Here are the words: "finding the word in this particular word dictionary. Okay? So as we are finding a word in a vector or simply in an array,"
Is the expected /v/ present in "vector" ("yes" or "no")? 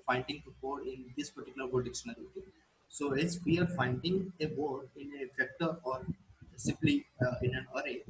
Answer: no